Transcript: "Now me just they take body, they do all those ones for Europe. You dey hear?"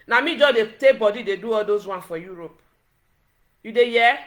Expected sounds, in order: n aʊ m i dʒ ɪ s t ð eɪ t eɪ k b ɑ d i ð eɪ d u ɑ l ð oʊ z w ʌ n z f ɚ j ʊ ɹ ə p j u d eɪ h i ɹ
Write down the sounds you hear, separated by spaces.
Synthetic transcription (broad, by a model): n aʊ m i dʒ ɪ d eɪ t eɪ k b ɑ d i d eɪ d u ɑ l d oʊ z w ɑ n f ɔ j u ɹ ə p j u d eɪ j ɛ